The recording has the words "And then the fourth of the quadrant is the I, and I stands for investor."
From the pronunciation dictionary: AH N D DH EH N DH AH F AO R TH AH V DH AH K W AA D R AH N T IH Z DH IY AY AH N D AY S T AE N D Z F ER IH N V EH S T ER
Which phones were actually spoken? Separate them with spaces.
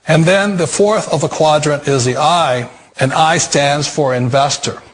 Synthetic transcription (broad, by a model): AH N DH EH N DH AH F AO R TH AH V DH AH K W AA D R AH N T IH Z DH IY AY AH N AY S T AE N D Z F ER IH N V EH S T ER